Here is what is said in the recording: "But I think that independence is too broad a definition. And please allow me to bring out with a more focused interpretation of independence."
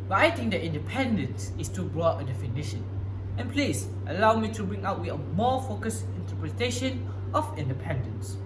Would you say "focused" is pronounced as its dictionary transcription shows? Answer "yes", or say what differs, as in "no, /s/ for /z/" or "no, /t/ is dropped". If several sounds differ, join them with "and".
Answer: no, /t/ is dropped